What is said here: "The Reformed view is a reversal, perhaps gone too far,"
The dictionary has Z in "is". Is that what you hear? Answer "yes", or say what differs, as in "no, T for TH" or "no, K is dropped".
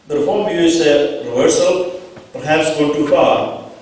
no, S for Z